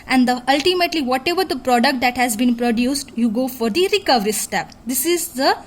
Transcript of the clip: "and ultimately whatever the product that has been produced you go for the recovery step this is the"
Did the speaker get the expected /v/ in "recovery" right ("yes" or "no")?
yes